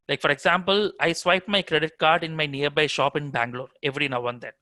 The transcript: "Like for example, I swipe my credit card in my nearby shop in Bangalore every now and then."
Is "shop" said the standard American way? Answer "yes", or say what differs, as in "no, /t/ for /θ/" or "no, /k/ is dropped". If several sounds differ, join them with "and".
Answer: yes